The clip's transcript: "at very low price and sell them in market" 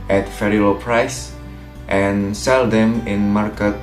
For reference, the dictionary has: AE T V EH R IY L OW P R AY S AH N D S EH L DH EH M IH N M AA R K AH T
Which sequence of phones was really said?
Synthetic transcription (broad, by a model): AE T F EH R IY L OW P R AY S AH N S EH L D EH M IH N M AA R K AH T